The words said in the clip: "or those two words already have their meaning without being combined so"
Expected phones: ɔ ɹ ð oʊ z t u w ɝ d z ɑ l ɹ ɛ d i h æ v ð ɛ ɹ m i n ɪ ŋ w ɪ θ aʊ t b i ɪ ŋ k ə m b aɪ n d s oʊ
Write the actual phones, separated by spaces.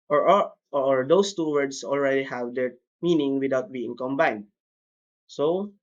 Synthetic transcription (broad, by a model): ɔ ɹ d oʊ s t u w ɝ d s ɑ l ɹ ɛ d i h æ v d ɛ ɹ m i n ɪ ŋ w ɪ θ aʊ t b i ɪ ŋ k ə m b aɪ n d s oʊ